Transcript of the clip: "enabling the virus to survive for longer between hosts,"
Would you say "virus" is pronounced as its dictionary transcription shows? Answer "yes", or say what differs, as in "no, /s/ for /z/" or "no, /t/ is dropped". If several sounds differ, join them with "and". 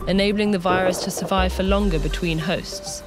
yes